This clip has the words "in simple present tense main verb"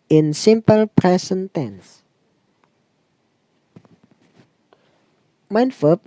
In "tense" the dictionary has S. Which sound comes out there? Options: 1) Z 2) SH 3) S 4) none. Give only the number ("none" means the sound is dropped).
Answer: 3